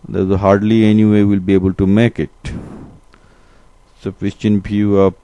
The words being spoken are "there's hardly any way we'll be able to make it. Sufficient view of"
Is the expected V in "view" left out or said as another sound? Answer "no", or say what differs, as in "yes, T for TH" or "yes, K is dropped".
yes, F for V